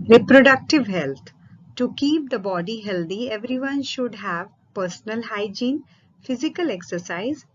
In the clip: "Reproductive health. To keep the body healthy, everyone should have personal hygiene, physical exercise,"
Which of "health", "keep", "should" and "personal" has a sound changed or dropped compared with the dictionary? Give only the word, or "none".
health